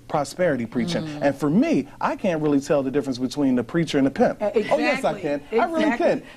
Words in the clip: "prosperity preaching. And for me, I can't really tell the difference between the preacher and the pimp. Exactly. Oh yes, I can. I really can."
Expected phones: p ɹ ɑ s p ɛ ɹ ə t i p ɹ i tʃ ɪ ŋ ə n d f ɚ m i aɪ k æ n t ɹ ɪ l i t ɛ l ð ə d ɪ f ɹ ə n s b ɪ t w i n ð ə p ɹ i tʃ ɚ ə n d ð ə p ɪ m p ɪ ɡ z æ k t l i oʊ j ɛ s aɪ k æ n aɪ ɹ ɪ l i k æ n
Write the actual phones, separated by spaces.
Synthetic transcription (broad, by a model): p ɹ ɑ s p ɛ ɹ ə t i p ɹ i tʃ ɪ ŋ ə n f ɚ m i aɪ k æ n t ɹ ɪ l i t ɛ l ð ə d ɪ f ɹ ə n s b ɪ t w i n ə p ɹ i tʃ ɚ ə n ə p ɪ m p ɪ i j ɛ s aɪ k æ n aɪ ɹ ɪ l i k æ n